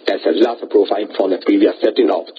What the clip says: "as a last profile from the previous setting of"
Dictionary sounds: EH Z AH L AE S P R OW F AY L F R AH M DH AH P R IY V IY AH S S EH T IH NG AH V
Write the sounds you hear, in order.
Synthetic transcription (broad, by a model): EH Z AH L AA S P R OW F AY N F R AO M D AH P R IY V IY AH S S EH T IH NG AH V